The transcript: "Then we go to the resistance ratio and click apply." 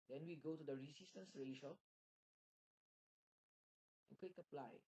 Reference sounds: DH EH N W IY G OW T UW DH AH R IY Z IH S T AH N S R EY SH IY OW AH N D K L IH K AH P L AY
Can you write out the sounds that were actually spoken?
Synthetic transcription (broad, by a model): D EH N W IY G OW T UW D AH R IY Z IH S T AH N S R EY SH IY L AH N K W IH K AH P L AY